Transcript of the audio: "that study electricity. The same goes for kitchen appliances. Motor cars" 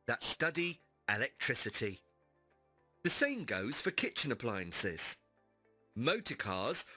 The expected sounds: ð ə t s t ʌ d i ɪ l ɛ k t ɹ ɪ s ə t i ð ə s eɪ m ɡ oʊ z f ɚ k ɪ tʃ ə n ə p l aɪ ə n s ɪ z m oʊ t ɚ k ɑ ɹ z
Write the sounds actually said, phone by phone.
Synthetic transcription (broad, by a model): ð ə t s t ʌ d i ɪ l ɛ k t ɹ ɪ s ə t i ð ə s eɪ m ɡ oʊ z f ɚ k ɪ tʃ ə n ə p l aɪ ə n s ɪ z m oʊ t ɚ k ɑ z